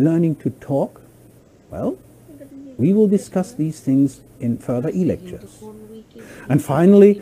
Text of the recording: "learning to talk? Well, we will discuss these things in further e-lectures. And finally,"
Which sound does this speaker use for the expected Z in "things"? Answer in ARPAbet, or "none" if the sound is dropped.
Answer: Z